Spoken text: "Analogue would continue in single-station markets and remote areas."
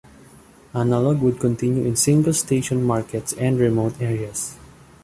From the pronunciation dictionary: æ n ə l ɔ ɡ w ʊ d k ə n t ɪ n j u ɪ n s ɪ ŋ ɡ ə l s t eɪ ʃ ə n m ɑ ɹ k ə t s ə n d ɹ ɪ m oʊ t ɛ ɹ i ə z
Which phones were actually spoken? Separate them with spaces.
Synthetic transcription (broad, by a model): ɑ n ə l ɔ ɡ w ʊ d k ə n t ɪ n j u ɪ n s ɪ ŋ ɡ ə l s t eɪ ʃ ə n m ɑ ɹ k ə t s ə n d ɹ ɪ m oʊ t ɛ ɹ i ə s